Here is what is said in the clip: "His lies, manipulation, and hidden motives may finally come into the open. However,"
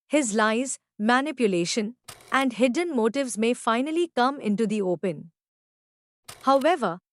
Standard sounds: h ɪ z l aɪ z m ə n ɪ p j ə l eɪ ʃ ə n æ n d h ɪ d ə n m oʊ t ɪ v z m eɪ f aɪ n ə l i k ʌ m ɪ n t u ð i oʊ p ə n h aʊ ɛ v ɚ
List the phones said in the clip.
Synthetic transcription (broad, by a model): h ɪ z l aɪ z m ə n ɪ p j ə l eɪ ʃ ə n æ n d h ɪ d ə n m oʊ t ɪ v z m eɪ f aɪ n ə l i k ʌ m ɪ n t u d i oʊ p ə n h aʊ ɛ v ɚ